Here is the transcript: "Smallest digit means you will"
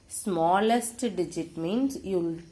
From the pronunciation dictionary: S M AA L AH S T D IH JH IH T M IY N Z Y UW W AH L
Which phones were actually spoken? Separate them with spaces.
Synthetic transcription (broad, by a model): S M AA L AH S T D IH JH IH T M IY N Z Y UW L